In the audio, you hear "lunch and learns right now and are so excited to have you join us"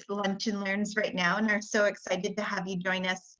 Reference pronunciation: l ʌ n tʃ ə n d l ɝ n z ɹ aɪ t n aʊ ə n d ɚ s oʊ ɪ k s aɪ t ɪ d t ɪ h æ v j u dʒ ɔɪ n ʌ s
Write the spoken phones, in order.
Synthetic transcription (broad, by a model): l ʌ n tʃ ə n l ɝ n z ɹ aɪ t n aʊ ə n ɚ s oʊ ɪ k s aɪ t ɪ d t ɪ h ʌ v j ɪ dʒ ɔɪ n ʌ s